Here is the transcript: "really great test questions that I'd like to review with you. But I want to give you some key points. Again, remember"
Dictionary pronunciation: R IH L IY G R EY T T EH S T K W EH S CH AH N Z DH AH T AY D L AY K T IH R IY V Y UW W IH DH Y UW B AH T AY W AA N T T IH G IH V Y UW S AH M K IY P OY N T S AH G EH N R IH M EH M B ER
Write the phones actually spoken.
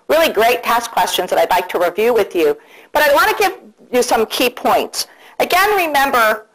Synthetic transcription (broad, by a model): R IH L IY G R EY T T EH S K W EH S CH AH N Z DH AH T AY D L AY K T IH R IY V Y UW W IH DH Y UW B AH T AY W AA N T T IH G IH V Y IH S AH M K IY P OY N T S AH G EH N R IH M EH M B ER